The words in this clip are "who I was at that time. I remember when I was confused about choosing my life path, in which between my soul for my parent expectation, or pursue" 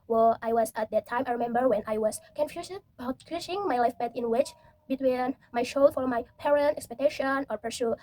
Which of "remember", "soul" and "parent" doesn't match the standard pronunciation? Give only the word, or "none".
soul